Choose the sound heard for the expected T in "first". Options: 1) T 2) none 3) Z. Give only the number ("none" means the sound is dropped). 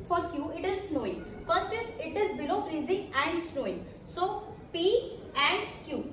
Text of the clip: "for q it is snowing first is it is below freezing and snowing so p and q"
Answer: 2